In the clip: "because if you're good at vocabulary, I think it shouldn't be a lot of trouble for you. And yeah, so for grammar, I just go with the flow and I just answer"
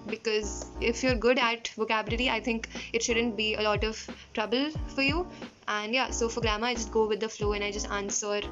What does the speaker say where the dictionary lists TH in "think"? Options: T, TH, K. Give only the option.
T